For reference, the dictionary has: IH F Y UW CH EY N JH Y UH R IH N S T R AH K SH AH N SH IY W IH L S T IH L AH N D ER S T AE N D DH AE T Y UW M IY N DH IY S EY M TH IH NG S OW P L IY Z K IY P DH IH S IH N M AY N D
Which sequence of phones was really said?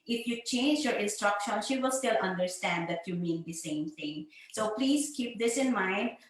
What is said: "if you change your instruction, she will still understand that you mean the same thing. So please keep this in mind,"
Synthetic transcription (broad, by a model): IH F Y UW CH EY N JH Y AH R IH N S T R AH K SH AH N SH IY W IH L S T IH L AH N D ER S T AE N D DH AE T Y UW M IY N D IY S EY M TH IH NG S OW P L IY Z K IY P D IH S IH N M AY N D